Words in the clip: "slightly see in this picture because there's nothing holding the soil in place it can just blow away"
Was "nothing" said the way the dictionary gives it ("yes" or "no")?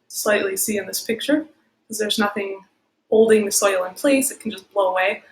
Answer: yes